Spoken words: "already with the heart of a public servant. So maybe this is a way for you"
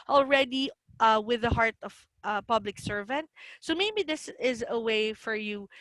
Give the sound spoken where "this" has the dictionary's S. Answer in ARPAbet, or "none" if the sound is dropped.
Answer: S